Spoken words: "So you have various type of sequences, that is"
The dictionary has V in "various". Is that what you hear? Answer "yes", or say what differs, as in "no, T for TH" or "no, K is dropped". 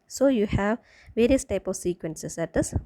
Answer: yes